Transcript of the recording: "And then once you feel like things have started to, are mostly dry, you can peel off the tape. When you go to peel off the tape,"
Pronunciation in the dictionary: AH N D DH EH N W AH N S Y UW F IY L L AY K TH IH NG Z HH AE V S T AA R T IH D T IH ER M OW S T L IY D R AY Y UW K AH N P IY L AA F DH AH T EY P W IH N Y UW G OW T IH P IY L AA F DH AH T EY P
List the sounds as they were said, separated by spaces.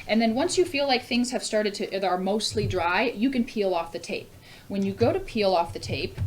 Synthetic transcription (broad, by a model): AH N DH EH N W AH N S Y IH F IY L L AY K TH IH NG Z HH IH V S T AA R T IH D T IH ER M OW S T L IY D R AY Y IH K AH N P IY L AA F DH AH T EY P W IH N Y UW G OW T IH P IY L AA F DH AH T EY P